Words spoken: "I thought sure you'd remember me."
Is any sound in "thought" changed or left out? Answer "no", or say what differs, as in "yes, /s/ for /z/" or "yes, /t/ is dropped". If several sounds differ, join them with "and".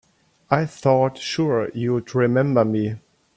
no